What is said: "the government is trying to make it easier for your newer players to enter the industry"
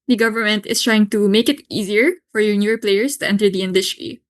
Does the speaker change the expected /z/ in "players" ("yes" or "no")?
yes